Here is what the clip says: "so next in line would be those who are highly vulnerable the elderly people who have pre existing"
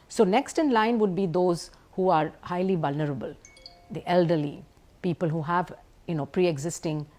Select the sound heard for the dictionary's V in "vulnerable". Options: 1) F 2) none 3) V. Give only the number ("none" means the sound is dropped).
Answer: 3